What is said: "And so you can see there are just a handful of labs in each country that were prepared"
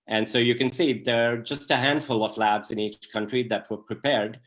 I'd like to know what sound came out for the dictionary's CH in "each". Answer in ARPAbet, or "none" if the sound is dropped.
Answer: CH